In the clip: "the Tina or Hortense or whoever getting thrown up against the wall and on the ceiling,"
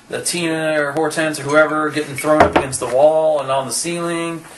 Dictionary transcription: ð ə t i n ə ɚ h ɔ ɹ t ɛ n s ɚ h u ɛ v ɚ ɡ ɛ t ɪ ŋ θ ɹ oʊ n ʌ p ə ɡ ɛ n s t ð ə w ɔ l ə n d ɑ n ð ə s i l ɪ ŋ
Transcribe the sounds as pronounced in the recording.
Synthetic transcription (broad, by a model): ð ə t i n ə ɚ h ɔ ɹ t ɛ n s ɚ h u ɛ v ɚ ɡ ɛ t ɪ ŋ θ ɹ oʊ n ʌ p ə ɡ ɛ n s t ð ə w ɔ l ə n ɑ n ð ə s i l ɪ ŋ